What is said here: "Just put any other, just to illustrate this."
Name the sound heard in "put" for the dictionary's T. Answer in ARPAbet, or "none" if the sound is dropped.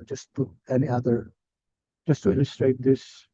none